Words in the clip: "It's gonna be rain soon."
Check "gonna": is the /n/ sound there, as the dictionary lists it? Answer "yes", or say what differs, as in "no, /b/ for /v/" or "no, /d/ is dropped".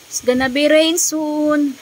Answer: yes